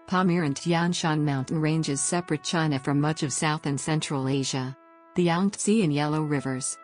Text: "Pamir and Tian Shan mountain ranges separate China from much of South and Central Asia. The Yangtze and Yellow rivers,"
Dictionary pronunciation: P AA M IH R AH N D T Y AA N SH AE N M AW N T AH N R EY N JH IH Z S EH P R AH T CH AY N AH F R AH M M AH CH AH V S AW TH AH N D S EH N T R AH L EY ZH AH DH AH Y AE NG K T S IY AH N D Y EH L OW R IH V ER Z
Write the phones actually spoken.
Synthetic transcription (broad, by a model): P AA M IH R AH N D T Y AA N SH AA N M AW N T N R EY N JH IH Z S EH P R AH T CH AY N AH F R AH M M AH CH AH V S AW TH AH N S EH N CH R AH L EY ZH AH DH AH Y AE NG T S IY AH N Y EH L OW R IH V ER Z